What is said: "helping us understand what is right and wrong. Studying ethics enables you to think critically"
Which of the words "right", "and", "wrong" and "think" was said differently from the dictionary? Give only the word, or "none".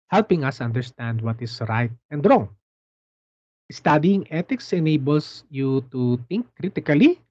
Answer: think